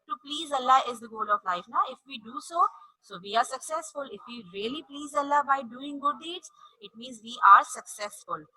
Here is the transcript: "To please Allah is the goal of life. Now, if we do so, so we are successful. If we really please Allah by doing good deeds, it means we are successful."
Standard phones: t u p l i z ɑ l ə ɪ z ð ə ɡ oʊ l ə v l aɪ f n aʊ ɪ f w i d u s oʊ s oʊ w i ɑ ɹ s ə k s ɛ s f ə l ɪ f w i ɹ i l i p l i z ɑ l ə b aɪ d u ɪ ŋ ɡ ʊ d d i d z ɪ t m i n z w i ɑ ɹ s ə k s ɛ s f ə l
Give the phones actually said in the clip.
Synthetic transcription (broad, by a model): t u p l i z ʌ l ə ɪ z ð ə ɡ oʊ l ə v l aɪ f n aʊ ɪ f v i d u s oʊ s oʊ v i ɑ ɹ s ə k s ɛ s f ə l ɪ f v i ɹ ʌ l i p l i z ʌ l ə b aɪ d u ɪ ŋ ɡ ʊ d d i d z ɪ t m i n z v i ɑ ɹ s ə k s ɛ s f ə l